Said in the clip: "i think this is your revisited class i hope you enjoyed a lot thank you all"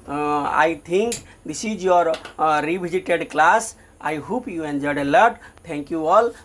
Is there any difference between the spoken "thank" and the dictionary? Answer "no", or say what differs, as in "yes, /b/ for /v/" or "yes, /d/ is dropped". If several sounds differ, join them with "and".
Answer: yes, /t/ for /θ/